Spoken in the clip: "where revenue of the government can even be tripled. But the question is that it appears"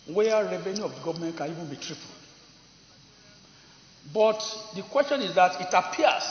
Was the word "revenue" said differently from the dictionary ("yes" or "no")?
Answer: no